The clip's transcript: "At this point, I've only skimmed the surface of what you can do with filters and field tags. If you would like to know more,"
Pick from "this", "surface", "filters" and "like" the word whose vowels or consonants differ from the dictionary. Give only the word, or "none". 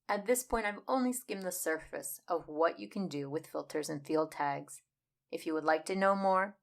none